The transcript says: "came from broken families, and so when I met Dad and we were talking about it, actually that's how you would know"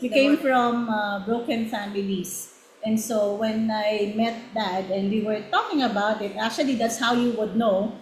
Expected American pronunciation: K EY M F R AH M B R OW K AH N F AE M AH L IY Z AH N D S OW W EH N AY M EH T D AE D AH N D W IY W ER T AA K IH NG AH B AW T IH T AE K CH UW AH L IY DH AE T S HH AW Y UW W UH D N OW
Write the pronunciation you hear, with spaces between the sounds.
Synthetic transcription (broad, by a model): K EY M F R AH M B R OW K AH N F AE M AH L IY S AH N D S OW W EH N AY M EH T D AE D AH N D W IY W ER T AA K IH NG AH B AW T IH T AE K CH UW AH L IY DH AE T S HH AW Y UW W UH D N OW